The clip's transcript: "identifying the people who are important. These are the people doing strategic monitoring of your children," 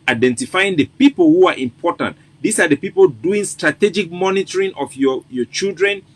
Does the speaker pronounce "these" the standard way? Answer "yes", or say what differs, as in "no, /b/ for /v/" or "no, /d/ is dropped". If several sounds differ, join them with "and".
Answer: no, /s/ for /z/